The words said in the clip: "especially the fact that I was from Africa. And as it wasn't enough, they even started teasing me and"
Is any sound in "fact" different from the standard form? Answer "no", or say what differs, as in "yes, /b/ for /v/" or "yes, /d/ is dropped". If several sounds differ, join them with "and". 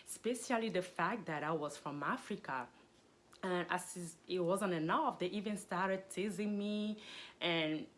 no